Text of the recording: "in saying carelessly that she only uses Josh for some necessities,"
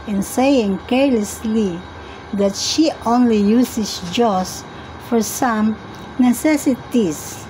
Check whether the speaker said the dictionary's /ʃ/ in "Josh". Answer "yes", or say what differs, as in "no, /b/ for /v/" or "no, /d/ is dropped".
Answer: no, /s/ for /ʃ/